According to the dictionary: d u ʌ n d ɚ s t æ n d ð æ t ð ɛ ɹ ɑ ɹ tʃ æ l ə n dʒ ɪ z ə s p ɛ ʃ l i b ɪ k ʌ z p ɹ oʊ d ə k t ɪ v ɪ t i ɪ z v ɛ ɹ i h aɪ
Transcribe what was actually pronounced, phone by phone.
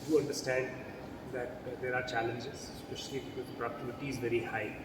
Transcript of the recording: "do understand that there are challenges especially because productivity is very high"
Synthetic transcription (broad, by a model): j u ʌ n d ɚ s t æ n d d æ t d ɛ ɹ ɑ ɹ tʃ æ l ə n dʒ ɪ z s p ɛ ʃ i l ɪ ʌ p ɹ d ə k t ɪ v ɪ t i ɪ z v ɛ ɹ i h aɪ